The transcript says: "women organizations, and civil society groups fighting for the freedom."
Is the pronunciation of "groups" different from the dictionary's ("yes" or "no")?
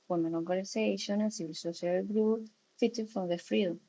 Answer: yes